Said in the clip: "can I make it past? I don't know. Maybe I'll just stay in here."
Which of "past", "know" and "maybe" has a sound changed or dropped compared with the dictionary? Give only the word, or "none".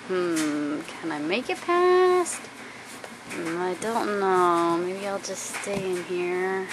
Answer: none